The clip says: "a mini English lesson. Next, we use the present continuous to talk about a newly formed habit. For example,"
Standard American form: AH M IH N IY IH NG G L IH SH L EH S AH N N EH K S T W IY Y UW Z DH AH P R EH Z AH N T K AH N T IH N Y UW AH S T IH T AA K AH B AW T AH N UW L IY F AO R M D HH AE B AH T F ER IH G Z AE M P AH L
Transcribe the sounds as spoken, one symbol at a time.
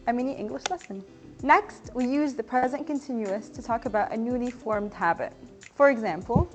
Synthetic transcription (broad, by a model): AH M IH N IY IH NG G L IH SH L EH S AH N N EH K S T W IY Y UW Z DH AH P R EH Z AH N K AH N T IH N Y UW AH S T IH T AA K AH B AW T AH N UW L IY F AO R M D HH AE B AH T F ER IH G Z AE M P L